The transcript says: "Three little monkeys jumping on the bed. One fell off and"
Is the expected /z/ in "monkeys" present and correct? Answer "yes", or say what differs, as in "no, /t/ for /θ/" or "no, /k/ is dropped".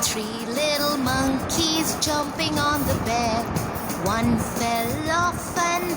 yes